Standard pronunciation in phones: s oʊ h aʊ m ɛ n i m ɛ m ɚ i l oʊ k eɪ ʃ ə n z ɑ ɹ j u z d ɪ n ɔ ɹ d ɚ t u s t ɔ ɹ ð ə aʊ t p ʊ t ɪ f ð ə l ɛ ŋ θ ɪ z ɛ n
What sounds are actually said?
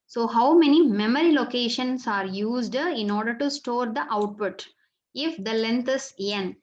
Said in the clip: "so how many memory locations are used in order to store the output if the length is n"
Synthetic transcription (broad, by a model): s oʊ h aʊ m ɛ n i m ɛ m ɚ i l oʊ k eɪ ʃ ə n s ɑ ɹ j u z d ɪ n ɔ ɹ d ɚ t u s t ɔ ɹ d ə aʊ t p ʊ t ɪ f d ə l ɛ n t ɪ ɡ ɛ n